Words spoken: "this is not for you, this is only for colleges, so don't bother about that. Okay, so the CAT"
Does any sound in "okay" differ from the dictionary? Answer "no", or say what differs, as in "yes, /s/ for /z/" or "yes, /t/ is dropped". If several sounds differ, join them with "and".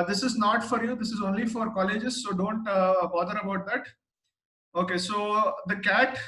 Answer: no